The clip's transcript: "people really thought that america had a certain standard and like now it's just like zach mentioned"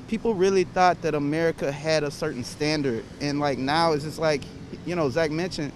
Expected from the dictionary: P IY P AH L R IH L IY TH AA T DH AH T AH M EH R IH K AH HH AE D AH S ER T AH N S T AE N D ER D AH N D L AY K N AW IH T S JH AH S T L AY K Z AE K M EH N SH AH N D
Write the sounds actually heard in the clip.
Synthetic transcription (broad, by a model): P IY P L R IH L IY TH AA T DH AH T AH M EH R IH K AH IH D AH S ER T N S T AE N D ER D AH N L AY K N AW IH T S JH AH S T L AY K Z AE K M EH N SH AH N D